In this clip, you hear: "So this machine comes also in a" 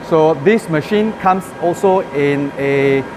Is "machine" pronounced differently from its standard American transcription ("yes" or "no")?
no